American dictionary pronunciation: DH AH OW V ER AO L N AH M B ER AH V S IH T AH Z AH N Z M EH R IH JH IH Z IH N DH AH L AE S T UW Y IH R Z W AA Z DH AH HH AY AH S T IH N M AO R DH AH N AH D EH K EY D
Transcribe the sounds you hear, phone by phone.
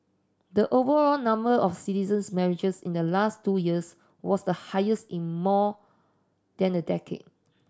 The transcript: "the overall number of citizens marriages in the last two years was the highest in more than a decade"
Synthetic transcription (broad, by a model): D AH OW V ER AO L N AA M B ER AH F S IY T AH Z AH N S M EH R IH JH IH S IH N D AH L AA S T UW Y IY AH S W AA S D AH HH AY AH S T IH N M AO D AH N AH D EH K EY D